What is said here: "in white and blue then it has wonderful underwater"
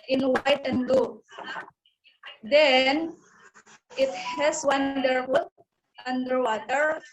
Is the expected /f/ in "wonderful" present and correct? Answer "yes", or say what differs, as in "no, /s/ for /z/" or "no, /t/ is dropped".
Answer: no, /f/ is dropped